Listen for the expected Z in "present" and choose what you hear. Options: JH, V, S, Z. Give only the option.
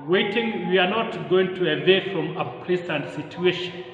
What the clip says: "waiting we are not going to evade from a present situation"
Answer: S